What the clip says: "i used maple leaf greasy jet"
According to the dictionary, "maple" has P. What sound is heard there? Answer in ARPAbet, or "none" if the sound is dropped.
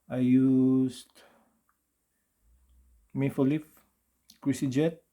F